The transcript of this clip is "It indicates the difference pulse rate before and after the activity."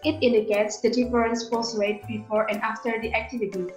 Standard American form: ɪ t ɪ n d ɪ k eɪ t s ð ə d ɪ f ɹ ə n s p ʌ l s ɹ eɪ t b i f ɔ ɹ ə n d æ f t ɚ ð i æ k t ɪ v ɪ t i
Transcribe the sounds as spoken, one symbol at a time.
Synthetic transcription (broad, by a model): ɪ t ɪ n d ɪ k eɪ t s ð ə d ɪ f ɹ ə n s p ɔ s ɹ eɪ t b i f ɔ ɹ ə n d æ f t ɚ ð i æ k t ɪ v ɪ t i